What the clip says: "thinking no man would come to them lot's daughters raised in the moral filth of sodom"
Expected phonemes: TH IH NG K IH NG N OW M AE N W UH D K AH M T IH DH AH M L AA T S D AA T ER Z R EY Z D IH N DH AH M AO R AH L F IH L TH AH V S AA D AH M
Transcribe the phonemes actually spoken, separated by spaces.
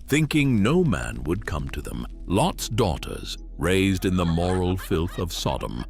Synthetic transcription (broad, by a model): TH IH NG K IH NG N OW M AE N W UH D K AH M T IH DH AH M L AA T S D AA T ER Z R EY Z D IH N DH AH M AO R L F IH L TH AH V S AA D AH M